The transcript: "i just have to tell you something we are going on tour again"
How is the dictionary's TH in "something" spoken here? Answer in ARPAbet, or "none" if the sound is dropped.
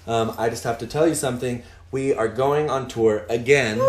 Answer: TH